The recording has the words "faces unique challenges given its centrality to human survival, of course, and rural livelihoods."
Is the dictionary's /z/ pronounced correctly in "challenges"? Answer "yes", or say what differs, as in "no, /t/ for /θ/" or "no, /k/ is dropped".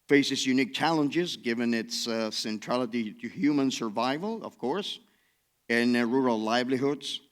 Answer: yes